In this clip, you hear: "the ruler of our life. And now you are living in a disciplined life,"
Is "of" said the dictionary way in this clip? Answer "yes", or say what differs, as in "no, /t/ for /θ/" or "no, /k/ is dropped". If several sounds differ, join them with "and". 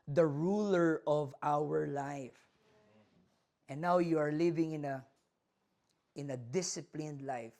yes